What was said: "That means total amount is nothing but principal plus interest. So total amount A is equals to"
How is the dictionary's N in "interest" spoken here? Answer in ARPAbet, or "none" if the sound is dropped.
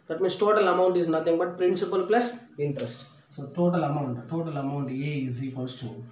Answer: N